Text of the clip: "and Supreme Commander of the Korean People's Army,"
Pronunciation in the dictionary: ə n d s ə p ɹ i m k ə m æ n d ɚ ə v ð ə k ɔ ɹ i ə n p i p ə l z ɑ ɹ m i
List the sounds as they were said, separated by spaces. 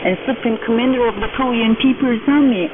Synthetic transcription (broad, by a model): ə n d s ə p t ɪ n k ə m æ n d ɚ ə v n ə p ɔ l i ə n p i p ə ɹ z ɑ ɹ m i